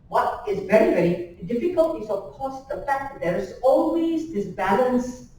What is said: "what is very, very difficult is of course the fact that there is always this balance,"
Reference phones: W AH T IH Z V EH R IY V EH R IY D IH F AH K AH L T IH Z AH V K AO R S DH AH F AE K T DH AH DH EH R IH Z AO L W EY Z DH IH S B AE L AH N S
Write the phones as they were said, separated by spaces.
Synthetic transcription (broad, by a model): W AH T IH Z V EH R IY V EH R IY D IH F AH K AH L T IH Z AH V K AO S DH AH F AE K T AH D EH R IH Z AO L W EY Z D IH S B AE L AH N S